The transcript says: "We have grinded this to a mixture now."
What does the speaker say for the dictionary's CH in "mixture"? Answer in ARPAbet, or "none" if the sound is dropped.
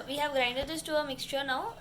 CH